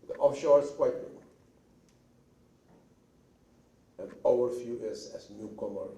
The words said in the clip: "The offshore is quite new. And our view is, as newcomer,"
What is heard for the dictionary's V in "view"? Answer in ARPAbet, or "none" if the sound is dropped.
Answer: F